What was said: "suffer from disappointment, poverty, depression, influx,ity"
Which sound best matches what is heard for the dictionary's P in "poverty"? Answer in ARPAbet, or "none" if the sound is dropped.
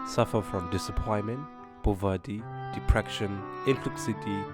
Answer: B